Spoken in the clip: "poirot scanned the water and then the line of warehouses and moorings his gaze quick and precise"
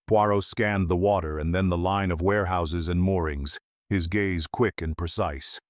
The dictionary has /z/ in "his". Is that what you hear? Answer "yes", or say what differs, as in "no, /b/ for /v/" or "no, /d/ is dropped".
yes